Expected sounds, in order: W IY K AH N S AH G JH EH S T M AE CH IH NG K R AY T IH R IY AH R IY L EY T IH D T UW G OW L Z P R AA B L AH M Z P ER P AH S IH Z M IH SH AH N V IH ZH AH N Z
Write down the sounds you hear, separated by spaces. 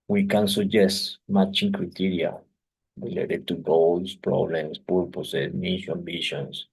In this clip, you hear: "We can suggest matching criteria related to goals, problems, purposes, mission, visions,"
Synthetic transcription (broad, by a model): W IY K AH N S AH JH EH S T M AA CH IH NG K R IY T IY R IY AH R IY L EY T IH D T UW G OW L S P R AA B L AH M S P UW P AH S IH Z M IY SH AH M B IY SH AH N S